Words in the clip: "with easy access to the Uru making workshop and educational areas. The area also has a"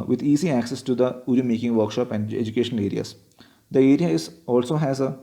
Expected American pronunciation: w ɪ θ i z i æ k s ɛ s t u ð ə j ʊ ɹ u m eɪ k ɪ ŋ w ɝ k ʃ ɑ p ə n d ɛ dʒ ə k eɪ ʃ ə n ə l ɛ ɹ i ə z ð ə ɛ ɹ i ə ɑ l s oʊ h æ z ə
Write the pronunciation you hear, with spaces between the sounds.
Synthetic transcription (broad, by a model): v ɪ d i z i æ k s ɛ s t u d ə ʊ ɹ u m eɪ k ɪ ŋ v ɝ k ʃ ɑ p ə n d ɛ dʒ ə k eɪ ʃ ə n ə l ɛ ɹ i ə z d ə ɛ ɹ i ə ɑ l s oʊ h æ z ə